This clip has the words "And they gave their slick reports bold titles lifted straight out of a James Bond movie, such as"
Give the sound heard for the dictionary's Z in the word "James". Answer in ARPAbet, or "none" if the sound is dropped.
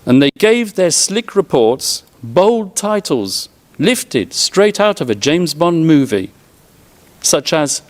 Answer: Z